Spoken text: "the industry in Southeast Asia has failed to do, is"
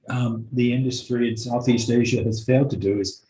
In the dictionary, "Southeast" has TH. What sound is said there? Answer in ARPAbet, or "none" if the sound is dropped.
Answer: TH